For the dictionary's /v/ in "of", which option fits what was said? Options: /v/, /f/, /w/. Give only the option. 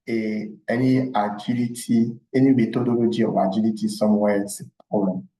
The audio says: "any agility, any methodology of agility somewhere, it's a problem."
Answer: /w/